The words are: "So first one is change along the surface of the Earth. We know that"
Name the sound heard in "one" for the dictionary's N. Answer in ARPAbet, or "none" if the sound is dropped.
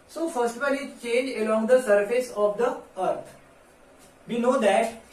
L